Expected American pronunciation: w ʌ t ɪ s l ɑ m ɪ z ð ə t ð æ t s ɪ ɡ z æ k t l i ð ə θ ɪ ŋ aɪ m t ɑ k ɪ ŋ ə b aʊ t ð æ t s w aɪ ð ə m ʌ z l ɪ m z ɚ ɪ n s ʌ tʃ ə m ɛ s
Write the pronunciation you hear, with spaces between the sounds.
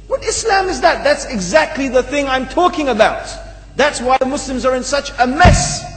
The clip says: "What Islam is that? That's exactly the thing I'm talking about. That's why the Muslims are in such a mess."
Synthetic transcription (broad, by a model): w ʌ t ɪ s l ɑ m ɪ z ð ə t ð æ t s ɪ ɡ z æ k t l i ð ə θ ɪ ŋ aɪ m t ɑ k ɪ ŋ ə b aʊ t ð æ t s w aɪ ð ə m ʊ s l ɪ m z ɚ ɪ n s ʌ tʃ ə m ɛ s